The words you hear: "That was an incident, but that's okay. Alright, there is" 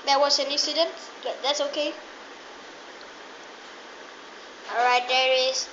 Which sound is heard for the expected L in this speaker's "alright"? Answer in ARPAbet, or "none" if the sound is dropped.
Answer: none